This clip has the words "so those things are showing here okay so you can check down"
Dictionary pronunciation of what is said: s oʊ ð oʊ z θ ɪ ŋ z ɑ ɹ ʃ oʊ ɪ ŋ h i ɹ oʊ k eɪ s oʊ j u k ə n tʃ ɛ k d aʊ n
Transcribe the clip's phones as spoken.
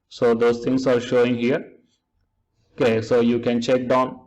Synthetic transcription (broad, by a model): s oʊ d oʊ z t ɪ ŋ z ɑ ɹ ʃ oʊ ɪ ŋ h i ɹ oʊ k eɪ s oʊ j u k ə n tʃ ɛ k d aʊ n